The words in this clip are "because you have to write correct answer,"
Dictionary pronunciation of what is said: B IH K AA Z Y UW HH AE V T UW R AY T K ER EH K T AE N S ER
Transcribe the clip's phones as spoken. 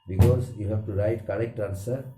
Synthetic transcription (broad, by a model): B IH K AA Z Y UW HH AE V T UW R AY T K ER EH K T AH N S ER